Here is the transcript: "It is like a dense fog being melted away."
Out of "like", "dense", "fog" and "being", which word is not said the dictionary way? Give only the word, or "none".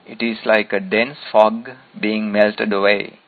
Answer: none